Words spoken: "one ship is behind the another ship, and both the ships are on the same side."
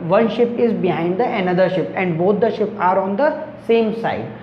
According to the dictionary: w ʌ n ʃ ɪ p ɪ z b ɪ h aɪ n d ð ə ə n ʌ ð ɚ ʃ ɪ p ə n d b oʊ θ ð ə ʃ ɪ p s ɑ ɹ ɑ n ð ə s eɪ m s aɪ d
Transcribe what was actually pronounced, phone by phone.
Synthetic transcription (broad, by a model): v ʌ n ʃ ɪ p ɪ z b ɪ h aɪ n d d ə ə n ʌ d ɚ ʃ ɪ p ə n d b oʊ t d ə ʃ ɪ p ɑ ɹ ɑ n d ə s eɪ m s aɪ d